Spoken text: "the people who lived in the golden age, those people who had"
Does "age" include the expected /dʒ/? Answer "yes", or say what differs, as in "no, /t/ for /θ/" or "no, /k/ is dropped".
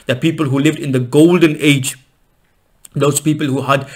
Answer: yes